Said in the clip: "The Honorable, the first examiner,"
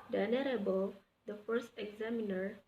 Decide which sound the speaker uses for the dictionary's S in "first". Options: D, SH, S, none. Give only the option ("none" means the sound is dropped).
S